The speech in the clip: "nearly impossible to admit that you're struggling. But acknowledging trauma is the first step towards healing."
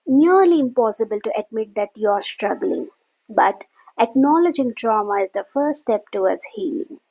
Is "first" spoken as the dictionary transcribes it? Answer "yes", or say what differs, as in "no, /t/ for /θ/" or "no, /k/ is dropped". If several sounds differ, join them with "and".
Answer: no, /s/ is dropped